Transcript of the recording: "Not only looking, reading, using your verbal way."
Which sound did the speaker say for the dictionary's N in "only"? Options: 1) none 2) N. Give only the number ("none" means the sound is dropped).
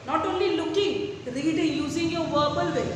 2